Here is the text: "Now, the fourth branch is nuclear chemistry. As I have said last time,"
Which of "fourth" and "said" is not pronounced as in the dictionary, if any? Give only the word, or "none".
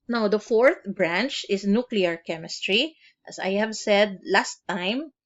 none